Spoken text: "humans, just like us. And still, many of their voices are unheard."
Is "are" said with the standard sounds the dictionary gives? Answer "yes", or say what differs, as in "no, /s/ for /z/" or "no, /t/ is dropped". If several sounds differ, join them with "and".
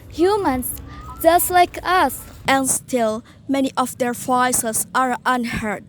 yes